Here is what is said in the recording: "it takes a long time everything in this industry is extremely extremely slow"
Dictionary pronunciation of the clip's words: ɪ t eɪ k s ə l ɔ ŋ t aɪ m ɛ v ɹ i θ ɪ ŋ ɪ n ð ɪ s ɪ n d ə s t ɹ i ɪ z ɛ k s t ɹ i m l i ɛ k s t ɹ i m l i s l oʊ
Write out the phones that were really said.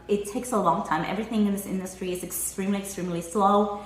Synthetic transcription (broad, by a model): ɪ t eɪ k s ə l ɔ ŋ t aɪ m ɛ v ɹ i θ ɪ ŋ ɪ n ð ɪ s ɪ n d ə s t ɹ i ɪ z ɛ k s t ɹ i m l i ɛ k s t ɹ i m l i s l oʊ